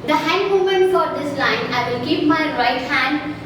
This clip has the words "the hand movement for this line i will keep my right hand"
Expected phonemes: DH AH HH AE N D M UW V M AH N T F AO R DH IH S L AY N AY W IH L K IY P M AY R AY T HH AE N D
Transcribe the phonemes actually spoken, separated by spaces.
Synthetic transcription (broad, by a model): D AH HH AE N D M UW M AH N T F AO R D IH S L AY N AY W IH L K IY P M AY R AY T HH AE N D